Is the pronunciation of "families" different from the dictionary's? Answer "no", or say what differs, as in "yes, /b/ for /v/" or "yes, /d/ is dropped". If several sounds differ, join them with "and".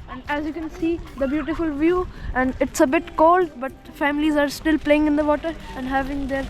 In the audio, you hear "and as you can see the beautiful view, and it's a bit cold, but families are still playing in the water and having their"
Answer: no